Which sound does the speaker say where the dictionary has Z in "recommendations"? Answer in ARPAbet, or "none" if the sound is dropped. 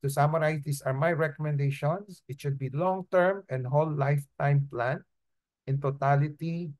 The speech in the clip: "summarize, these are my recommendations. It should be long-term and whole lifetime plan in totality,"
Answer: S